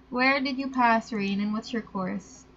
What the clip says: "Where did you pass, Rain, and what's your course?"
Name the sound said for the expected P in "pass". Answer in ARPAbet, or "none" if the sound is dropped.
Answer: P